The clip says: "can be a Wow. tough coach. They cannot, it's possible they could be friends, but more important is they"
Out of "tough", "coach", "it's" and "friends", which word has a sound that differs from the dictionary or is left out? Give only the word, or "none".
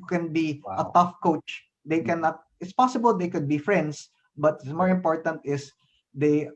friends